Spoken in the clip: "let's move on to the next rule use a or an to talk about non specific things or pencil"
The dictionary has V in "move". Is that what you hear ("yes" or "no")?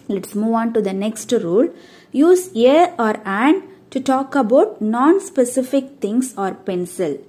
yes